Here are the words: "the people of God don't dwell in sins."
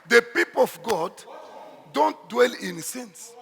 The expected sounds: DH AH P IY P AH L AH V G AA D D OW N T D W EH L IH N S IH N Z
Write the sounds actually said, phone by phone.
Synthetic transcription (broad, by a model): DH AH P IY P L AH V G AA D D OW N T D W EH L IH N S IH N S